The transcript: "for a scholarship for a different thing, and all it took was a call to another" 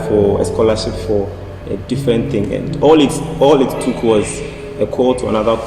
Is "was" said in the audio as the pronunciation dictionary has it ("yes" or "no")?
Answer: yes